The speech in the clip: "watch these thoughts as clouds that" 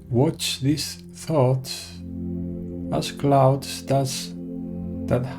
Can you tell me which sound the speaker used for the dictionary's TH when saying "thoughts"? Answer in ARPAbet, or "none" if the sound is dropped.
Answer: TH